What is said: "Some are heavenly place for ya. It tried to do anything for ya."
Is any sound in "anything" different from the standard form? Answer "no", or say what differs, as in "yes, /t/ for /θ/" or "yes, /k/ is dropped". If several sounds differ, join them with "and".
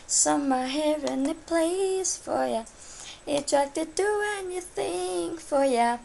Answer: no